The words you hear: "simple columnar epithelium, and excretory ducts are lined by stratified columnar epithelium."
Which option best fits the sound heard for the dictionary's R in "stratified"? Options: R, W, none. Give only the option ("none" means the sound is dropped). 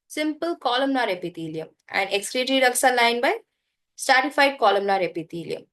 none